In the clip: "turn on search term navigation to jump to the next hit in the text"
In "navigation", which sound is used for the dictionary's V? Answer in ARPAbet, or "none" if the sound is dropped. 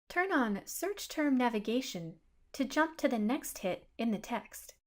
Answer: V